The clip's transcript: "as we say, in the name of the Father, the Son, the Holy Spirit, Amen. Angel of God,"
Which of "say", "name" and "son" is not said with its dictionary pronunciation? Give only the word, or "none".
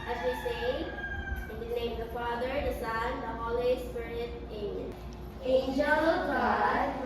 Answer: name